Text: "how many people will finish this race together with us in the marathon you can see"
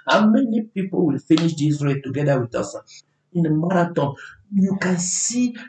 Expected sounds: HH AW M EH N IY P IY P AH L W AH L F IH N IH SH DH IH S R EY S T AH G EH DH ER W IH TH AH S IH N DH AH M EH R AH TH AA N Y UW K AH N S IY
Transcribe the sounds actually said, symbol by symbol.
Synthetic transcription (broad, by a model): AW M EH N IY P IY P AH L W AH L F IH N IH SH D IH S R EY T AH G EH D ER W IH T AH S IH N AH M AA R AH T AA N Y UW K AH N S IY